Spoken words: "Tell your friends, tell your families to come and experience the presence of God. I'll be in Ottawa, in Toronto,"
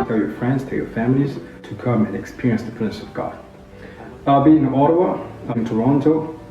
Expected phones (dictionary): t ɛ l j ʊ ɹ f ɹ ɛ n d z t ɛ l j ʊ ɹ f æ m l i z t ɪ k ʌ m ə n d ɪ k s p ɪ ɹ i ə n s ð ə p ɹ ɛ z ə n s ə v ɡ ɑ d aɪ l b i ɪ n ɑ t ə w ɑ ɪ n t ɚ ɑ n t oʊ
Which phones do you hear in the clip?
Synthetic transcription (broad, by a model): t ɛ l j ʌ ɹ f ɹ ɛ n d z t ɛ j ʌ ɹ f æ m l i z t ɪ k ʌ m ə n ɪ k s p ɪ ɹ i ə n s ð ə p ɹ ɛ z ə s ə v ɡ ɑ d aɪ l b i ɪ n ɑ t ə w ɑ ɪ n t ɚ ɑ n t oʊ